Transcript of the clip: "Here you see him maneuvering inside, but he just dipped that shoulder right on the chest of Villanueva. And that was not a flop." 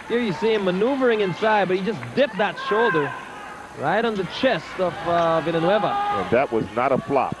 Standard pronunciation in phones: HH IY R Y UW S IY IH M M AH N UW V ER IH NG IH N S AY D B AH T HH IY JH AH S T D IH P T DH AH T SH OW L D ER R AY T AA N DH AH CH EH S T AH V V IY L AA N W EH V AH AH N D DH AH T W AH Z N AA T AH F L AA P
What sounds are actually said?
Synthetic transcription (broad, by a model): HH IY R Y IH S IY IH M M AH N UW V ER IH NG IH N S AY D B AH T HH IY JH AH S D IH P DH AH T SH OW L D ER R AY T N DH AH CH EH S T AH V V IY N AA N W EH V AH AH N DH AH T W AH Z N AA T AH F L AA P